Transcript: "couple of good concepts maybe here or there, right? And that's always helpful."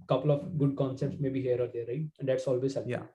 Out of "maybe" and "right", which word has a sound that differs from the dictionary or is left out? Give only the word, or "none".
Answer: right